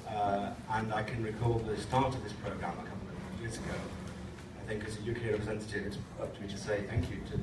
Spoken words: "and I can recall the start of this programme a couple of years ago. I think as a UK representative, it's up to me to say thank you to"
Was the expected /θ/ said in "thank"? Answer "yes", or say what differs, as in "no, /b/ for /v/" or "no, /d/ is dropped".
yes